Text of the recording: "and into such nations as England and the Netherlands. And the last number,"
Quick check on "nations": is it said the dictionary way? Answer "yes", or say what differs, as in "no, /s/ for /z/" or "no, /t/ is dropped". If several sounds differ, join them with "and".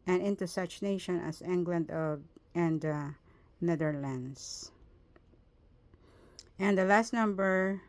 no, /z/ is dropped